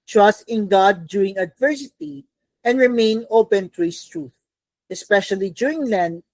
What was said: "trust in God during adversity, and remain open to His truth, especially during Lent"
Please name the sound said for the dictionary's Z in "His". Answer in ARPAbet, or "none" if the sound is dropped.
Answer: S